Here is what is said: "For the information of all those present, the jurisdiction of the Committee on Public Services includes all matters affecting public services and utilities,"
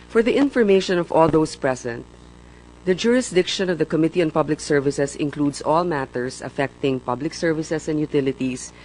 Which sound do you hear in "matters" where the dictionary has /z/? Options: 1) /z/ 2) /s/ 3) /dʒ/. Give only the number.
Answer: 2